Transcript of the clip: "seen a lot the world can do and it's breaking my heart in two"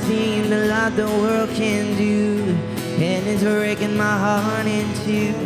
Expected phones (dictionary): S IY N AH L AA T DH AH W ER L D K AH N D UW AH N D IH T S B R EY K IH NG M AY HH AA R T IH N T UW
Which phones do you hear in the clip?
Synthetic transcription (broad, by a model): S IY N AH L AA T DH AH W ER L D K AH N D UW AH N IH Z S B R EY K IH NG M AY HH AA R T IH N T UW